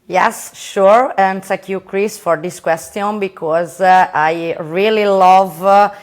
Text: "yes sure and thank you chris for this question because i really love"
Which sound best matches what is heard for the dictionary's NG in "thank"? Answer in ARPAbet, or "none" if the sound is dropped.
none